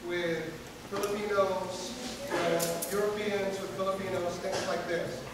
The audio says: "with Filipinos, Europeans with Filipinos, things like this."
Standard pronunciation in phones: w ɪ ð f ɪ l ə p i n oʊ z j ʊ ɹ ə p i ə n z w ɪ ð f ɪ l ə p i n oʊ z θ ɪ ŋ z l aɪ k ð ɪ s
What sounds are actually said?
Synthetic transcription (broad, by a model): w ɪ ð f ɪ l ə p i n oʊ z j ʊ ɹ ə p i ə n z w ɪ ð f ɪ l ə p i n oʊ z θ ɪ ŋ z l aɪ k ð ɪ s